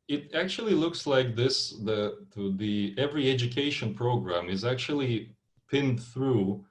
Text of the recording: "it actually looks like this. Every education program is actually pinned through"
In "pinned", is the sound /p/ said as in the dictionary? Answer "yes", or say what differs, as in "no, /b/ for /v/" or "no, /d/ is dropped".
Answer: yes